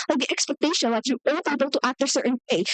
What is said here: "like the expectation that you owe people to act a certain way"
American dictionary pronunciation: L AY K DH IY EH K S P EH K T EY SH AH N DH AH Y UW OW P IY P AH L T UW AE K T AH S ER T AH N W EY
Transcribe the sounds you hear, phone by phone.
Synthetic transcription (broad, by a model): L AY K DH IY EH K S P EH K T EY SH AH L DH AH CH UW OW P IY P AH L T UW AE K T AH S ER T AH N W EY